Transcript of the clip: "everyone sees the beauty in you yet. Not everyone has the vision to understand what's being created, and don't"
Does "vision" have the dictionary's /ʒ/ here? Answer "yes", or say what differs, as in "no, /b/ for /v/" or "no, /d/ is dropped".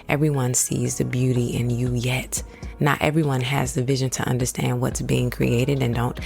yes